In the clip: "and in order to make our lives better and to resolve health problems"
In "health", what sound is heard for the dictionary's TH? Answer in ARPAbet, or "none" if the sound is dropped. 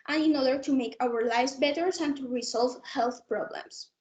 TH